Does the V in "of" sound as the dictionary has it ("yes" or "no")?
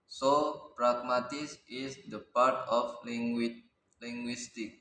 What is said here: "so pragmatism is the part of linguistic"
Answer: no